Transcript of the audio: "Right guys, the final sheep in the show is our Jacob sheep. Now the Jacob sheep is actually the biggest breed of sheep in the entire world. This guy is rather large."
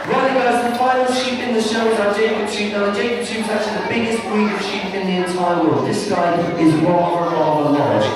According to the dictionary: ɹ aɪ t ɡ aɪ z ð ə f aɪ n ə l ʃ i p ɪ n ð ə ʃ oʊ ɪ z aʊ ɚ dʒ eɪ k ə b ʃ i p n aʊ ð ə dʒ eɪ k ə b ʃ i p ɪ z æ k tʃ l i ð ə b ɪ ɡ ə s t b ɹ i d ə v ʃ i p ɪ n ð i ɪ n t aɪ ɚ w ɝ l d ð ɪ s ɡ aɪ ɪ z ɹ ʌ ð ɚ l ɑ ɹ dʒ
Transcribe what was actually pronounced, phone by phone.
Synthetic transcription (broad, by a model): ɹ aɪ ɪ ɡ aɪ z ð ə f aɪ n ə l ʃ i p ɪ n ð ə ʃ oʊ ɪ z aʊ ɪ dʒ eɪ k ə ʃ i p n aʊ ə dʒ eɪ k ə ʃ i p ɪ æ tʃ i ð ə b ɪ ɡ ə s t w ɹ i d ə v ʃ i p ɪ n ð i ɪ n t aɪ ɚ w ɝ d ð ɪ s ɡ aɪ ɪ z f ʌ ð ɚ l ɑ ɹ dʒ